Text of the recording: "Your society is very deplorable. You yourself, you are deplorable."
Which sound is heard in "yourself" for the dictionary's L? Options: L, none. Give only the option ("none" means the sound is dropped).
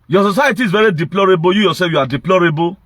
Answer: none